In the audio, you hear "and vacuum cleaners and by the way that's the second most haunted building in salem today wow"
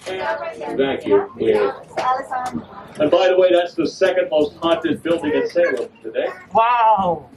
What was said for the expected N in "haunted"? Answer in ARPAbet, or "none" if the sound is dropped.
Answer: none